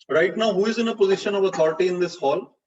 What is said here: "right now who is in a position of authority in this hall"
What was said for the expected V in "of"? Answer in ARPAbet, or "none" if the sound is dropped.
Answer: V